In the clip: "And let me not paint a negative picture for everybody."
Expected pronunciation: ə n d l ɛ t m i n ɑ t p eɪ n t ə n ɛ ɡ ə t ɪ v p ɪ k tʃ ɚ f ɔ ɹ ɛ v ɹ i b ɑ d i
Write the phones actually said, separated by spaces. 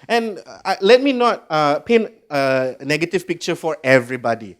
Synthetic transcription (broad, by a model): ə n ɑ l ɛ t m i n ɑ t p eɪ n ə n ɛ ɡ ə t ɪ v p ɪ k tʃ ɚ f ɔ ɹ ɛ v ɹ i b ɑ d i